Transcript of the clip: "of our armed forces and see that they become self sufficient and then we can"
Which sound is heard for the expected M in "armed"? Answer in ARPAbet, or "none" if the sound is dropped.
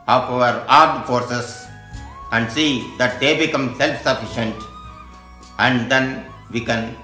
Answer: none